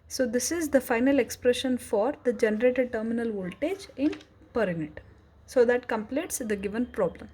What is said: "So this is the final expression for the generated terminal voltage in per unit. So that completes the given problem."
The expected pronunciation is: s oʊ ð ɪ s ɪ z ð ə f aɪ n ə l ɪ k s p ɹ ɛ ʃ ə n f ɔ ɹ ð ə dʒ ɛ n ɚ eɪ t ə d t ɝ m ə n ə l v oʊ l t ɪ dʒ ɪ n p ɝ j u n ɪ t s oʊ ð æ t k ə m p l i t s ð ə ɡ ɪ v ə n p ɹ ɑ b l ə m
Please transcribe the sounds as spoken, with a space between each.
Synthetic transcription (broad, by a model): s oʊ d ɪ s ɪ z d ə f aɪ n ə l ɪ k s p ɹ ɛ ʃ ə n f ɔ ɹ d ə dʒ ɛ n ɚ eɪ t ə d t ɝ m ə n ə l v oʊ l t ɪ dʒ ɪ n p ɝ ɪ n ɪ t s oʊ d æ t k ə m p l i t s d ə ɡ ɪ v ə n p ɹ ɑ b l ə m